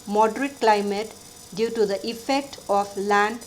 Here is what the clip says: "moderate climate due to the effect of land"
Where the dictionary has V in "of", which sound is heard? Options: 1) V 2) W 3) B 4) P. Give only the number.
4